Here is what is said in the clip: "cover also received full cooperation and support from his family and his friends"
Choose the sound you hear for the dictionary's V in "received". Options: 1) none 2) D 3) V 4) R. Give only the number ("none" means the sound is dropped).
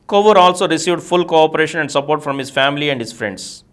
3